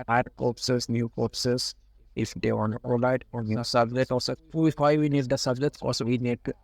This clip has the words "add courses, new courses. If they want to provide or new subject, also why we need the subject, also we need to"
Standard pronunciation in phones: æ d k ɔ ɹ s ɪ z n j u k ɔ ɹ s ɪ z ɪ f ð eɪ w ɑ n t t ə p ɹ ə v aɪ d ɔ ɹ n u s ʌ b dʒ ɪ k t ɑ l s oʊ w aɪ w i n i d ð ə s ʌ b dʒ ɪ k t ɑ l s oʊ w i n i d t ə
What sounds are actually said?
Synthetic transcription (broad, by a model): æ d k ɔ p s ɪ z n j u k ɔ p s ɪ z ɪ f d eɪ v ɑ n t t ə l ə ɪ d ɔ ɹ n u s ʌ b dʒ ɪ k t ɑ l s oʊ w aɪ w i n i d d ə s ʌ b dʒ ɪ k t ɑ l s oʊ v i n i d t